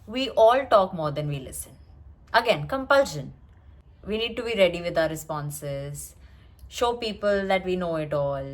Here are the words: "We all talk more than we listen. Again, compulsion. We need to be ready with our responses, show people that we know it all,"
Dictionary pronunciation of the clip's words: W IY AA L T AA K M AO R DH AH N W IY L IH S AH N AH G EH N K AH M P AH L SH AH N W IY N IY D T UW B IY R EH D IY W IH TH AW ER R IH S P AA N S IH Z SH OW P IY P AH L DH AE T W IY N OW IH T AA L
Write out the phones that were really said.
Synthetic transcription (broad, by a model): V IY AA L T AA K M AO R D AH N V IY L IH S AH N AH G EH N K AH M P AH L SH AH N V IY N IY D T UW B IY R EH D IY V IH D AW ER R IH S P AA N S IH Z SH OW P IY P AH L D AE T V IY N OW IH T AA L